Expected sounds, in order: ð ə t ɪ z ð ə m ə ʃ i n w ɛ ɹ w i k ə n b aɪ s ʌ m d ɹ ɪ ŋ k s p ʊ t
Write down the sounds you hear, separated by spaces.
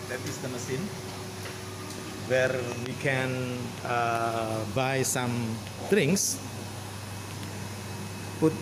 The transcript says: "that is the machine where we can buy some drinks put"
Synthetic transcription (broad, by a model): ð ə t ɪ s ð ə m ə s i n w ɛ ɹ w i k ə n b aɪ s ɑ m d ɹ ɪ ŋ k s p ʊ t